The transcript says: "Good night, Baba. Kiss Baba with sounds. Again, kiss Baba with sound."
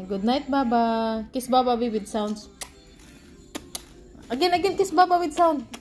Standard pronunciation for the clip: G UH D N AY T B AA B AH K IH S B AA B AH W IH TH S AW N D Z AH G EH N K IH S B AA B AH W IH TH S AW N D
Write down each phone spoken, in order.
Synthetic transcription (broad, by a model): G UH D N AY T B AA B AH K IH S B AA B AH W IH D S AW N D S AH G EH N K IH S B AA B AH W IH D S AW N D